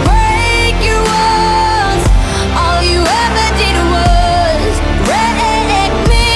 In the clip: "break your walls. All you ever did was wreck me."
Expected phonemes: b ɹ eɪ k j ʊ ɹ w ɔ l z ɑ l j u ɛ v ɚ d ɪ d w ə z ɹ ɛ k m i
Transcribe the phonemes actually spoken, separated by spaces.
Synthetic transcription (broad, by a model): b ɹ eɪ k j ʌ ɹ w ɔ n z ɑ l j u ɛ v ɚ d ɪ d w ə z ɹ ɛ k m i